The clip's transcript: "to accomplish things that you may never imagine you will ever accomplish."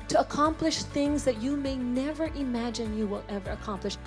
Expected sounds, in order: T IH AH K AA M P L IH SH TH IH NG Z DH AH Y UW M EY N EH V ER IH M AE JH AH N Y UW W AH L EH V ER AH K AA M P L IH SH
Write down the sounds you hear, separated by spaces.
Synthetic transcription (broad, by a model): T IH AH K AA M P L IH SH TH IH NG Z DH AH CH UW M EY N EH V ER IH M AE JH AH N Y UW W AH L EH V ER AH K AA M P L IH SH